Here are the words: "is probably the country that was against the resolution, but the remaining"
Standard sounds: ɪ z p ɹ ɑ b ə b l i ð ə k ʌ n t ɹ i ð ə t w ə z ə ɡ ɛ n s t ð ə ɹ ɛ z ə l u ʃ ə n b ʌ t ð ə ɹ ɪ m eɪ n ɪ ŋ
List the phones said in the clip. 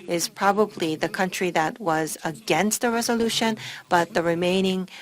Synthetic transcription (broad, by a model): ɪ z p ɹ ɑ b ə b l i ð ə k ʌ n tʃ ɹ i ð ə t w ə z ə ɡ ɛ n s t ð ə ɹ ɛ z ə l u ʃ ə n b ʌ t ð ə ɹ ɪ m eɪ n ɪ ŋ